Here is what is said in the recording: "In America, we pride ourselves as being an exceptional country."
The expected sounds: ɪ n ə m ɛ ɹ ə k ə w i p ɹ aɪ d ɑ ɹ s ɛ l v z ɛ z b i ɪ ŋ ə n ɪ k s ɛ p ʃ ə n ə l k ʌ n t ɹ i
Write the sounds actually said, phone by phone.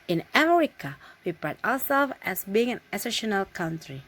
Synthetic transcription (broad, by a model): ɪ n ə m ɛ ɹ ə k ə w i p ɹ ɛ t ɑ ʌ s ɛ l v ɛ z b i ɪ ŋ ə n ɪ s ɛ ʃ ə n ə l k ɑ n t ɹ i